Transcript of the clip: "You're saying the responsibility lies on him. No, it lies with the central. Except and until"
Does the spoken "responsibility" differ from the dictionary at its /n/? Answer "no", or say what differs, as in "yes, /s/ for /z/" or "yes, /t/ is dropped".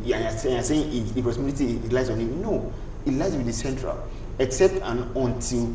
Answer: yes, /n/ is dropped